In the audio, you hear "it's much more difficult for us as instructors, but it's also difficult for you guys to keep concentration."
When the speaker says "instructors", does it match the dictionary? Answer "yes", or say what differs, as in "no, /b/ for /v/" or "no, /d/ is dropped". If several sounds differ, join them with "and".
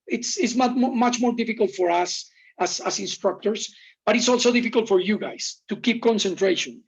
no, /s/ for /z/